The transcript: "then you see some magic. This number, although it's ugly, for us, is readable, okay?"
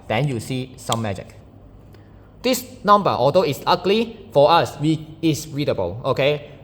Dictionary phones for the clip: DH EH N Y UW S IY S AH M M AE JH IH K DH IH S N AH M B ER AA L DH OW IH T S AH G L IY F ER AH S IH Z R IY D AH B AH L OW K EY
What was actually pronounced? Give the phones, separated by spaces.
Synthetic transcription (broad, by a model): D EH N Y UW S IY S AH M M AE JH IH K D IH S N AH M B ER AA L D OW IH T S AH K L IY F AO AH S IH S R IY D AH B AH L OW K EY